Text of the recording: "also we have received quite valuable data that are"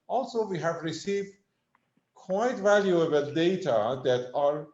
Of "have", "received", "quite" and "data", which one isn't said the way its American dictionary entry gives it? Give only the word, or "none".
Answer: none